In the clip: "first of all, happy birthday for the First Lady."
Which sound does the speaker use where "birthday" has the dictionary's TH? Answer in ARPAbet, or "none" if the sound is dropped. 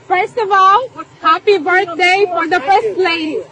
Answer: T